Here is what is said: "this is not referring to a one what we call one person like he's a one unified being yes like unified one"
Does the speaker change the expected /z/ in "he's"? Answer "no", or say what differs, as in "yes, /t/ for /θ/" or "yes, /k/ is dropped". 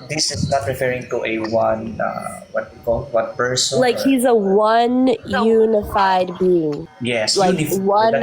no